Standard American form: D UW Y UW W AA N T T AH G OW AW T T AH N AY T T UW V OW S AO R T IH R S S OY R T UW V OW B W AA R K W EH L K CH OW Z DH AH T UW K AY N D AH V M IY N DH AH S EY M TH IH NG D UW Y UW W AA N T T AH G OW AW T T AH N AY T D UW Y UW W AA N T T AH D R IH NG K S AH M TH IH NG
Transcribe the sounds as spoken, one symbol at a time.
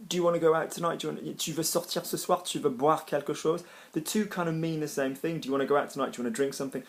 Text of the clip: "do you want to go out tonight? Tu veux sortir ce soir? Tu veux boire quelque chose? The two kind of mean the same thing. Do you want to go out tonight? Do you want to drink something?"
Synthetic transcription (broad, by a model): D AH Y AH W AA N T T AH G OW AW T T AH N AY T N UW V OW S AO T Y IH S S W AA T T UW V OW B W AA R K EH L K SH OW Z DH AH T UW K AY N D AH V M IY N DH AH S EY M TH IH NG D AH Y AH W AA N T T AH G OW AW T T AH N AY T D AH W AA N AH D R IH NG K S AH M TH IH NG